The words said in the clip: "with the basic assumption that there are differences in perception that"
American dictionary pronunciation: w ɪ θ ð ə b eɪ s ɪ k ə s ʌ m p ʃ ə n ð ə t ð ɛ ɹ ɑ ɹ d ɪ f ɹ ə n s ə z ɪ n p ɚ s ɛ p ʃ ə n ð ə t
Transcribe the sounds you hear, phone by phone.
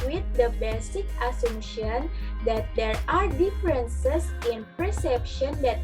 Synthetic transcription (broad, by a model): w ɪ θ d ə b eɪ s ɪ k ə s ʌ m ʃ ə n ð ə t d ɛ ɹ ɑ ɹ d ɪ f ɹ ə n s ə s ɪ n p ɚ s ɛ p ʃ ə n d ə t